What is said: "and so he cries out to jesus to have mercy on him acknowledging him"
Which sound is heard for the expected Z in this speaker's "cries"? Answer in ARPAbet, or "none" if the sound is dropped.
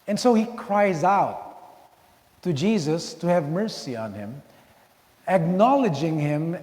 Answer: Z